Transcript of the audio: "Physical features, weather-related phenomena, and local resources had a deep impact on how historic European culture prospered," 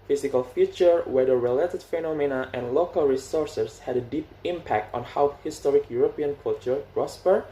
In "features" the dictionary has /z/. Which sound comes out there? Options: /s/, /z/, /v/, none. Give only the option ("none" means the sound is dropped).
none